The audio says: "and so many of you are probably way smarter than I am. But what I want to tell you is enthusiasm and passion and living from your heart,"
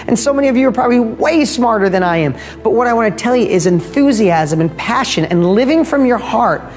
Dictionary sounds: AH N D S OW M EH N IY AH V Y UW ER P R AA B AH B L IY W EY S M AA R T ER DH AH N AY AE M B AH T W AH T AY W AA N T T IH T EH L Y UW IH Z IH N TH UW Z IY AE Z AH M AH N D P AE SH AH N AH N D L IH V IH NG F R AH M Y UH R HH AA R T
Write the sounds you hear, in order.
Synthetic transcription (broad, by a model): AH N S OW M EH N IY AH V Y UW ER P R AA B AH B L IY W EY S M AA R T ER DH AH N AY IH M B AH T W AH T AY W AA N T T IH T EH L Y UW IH Z IH N TH UW Z IY AE Z AH M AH N P AE SH AH N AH N L IH V IH NG F R AH M Y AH R HH AA R T